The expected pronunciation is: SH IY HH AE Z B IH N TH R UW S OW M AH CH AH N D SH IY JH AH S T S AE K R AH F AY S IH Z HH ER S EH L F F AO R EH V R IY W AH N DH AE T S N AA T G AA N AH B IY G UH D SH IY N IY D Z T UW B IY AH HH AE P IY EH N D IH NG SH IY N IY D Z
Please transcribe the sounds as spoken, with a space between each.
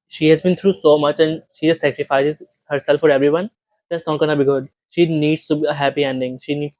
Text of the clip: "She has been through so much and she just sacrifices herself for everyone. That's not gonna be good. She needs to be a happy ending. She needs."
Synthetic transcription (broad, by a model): SH IY HH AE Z B IH N T R UW S OW M AH CH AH N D SH IY JH AH S T S AE K R AH F AY S IH Z HH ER S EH L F F AO R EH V R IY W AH N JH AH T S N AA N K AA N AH B IY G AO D SH IY N IY D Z T UW B IY AH HH AE P IY EH N D IH NG SH IY N IY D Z